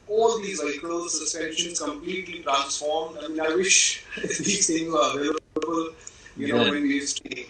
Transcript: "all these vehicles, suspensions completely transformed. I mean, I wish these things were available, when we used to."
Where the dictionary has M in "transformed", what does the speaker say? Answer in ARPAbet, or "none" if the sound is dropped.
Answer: M